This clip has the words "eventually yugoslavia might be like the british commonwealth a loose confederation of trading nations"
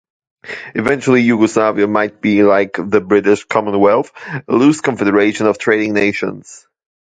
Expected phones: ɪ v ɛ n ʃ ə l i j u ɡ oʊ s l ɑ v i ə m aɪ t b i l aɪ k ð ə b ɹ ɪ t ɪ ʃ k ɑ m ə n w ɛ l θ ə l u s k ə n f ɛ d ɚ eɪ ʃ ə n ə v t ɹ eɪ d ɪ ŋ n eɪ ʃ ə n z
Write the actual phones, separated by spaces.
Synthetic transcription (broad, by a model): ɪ v ɛ n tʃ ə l i j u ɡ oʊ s l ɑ v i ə m aɪ t b i l aɪ k ð ə b ɹ ɪ t ɪ ʃ k ɑ m ə n w ɛ l θ ə l u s k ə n f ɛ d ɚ eɪ ʃ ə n ə v t ɹ eɪ d ɪ ŋ n eɪ ʃ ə n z